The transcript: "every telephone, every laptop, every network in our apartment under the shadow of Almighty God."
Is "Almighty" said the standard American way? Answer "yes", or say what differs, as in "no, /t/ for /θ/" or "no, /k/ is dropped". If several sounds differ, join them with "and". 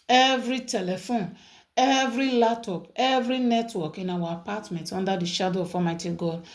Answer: no, /l/ is dropped